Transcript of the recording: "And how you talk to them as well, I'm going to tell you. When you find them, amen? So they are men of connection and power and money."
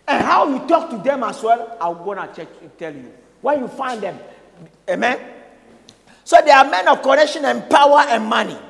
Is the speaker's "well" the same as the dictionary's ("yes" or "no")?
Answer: yes